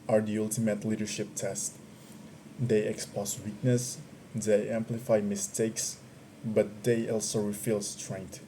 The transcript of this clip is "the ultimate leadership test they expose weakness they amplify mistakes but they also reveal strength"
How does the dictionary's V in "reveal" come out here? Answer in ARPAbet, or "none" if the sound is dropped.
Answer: F